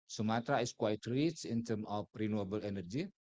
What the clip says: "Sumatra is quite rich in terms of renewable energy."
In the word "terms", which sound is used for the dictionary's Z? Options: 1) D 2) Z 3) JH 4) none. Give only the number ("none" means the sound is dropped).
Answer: 4